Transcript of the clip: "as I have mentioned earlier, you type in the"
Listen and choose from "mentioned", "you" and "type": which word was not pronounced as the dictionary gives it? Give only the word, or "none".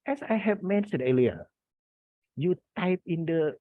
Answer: mentioned